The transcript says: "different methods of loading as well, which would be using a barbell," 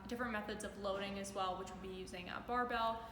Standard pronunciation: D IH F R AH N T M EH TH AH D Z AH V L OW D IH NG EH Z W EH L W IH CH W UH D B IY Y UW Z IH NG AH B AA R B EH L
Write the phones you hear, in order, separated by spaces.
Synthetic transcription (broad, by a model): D IH F R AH N M EH TH AH D Z AH V L OW D IH NG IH Z W EH L W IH CH W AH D B IY Y UW Z IH NG AH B AA R B EH L